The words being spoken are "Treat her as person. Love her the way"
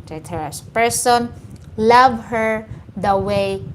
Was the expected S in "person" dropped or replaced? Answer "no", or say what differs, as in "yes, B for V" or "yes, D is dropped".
no